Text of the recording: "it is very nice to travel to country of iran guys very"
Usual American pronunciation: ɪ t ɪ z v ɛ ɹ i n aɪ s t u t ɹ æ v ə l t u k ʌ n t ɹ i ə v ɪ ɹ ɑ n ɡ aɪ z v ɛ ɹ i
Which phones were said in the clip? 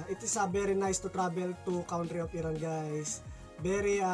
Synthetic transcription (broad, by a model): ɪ t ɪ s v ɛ ɹ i n aɪ s t u t ɹ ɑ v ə l t u k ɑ n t ɹ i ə p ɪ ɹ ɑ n ɡ aɪ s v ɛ ɹ i